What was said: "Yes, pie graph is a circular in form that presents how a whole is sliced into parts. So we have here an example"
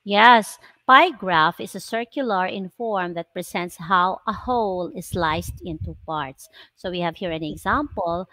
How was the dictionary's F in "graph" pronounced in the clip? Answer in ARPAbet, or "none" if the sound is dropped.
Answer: F